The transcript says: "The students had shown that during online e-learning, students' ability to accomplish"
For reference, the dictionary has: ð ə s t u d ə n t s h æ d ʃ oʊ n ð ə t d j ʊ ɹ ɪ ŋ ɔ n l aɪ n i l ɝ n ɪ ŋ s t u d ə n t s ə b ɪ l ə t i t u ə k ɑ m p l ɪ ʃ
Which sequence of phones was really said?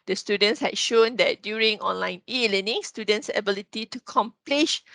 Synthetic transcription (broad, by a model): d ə s t u d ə n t s h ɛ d ʃ oʊ n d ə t d j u ɹ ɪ ŋ ɔ n l aɪ n i l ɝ n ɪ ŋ s t u d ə n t s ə b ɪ l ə t i t u k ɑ m p l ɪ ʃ